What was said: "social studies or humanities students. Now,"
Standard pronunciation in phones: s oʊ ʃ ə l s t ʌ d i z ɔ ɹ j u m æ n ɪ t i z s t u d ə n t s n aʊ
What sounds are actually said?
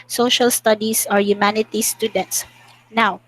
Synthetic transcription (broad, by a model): s oʊ ʃ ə l s t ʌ d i s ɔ ɹ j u m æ n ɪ t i s t u d ə n t s n aʊ